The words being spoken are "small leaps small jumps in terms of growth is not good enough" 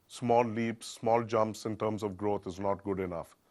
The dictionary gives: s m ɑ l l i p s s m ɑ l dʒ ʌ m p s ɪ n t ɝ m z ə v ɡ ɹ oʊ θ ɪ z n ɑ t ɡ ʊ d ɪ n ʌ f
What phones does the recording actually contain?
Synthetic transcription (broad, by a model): s m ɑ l l i p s s m ɑ l dʒ ʌ m p s ɪ n t ɝ m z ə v ɡ ɹ oʊ t ɪ z n ɑ t ɡ ʊ d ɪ n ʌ f